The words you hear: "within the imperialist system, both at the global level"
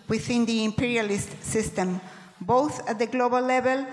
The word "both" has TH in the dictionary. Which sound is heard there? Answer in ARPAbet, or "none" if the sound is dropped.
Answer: TH